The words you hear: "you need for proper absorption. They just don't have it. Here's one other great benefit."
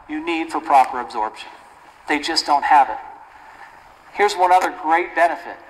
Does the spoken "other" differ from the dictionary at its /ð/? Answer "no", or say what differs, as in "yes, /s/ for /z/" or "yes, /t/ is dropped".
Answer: no